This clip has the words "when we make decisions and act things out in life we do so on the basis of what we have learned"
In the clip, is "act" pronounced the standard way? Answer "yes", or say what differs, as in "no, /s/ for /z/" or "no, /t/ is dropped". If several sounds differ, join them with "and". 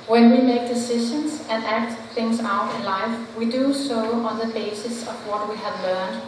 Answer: yes